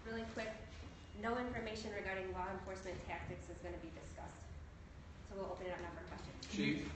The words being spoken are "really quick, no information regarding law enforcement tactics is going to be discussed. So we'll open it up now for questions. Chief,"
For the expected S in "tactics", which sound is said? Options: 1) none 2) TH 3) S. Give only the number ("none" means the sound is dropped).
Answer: 3